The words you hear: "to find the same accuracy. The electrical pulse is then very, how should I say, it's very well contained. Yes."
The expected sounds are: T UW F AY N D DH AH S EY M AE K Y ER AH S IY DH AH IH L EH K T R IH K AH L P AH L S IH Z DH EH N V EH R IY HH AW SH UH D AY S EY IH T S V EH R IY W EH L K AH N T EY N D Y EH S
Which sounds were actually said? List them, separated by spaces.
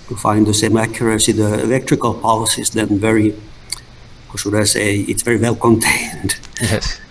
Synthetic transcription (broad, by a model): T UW F AY N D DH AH S EY M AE K Y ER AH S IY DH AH IH L EH K T R IH K AH L P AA L S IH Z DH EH N V EH R IY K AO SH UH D AY S EY IH T S V EH R IY W EH L K AH N T EY N D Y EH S